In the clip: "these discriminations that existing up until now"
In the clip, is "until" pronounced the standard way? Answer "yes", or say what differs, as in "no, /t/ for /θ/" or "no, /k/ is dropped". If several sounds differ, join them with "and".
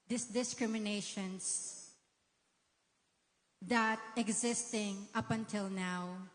yes